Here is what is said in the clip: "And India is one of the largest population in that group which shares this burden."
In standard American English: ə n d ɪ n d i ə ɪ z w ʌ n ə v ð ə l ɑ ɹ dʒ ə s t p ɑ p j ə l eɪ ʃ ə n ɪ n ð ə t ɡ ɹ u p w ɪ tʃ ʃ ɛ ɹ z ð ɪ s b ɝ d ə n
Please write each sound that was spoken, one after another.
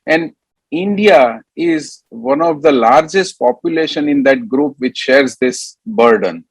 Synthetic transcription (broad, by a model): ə n d ɪ n d i ə ɪ z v ʌ n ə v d ə l ɑ ɹ dʒ ə s t p ɑ p j ə l eɪ ʃ ə n ɪ n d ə t ɡ ɹ u p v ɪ tʃ ʃ ɛ ɹ z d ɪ s b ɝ d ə n